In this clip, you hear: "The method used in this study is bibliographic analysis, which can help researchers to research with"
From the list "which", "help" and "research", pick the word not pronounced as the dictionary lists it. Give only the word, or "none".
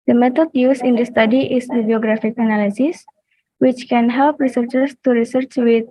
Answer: none